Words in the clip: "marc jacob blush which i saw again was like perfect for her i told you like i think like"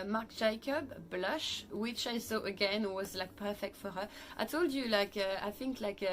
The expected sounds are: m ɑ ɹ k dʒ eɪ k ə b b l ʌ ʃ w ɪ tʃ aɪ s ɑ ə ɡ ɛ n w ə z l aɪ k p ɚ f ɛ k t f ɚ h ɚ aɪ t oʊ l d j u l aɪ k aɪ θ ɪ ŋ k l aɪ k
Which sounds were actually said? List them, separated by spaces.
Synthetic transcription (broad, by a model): m ɑ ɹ k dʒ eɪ k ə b b l ʌ ʃ w ɪ tʃ aɪ s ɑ ə ɡ ɛ n w ə z l aɪ k p ɚ f ɛ k t f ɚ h aɪ t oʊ l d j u l aɪ k aɪ θ ɪ ŋ k l aɪ k